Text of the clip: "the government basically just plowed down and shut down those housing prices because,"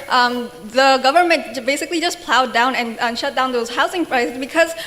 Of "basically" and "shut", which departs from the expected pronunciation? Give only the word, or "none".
none